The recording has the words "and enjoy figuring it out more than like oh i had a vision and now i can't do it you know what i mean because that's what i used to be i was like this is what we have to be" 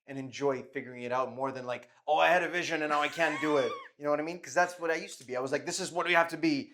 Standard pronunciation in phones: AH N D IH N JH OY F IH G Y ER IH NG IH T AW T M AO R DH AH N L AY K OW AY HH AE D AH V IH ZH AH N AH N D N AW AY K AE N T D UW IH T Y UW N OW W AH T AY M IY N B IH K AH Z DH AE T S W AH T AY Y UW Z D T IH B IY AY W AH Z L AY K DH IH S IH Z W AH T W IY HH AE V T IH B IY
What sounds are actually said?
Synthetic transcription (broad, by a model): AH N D IH N JH OY F IH G Y ER IH NG IH T AW T M AO R DH AH N L AY K OW AY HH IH D AH V IH ZH AH N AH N N AW AY K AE N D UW IH T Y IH N OW W AH T AY M IY N K AH Z DH AE T S W AH T AY Y UW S T IH B IY AY W AH Z L AY K DH IH S IH Z W AH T W IY HH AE F T IH B IY